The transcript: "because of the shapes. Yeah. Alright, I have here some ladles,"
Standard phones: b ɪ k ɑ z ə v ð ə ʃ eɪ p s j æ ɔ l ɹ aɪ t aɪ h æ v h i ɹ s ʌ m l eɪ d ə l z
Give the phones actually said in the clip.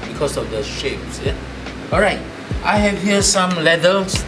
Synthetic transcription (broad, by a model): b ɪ k ɑ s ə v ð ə ʃ eɪ p s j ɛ ɔ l ɹ aɪ t aɪ h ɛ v h i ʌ s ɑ m l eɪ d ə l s